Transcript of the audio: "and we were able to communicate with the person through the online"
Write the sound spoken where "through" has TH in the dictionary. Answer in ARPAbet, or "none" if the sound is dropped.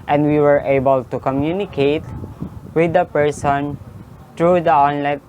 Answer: T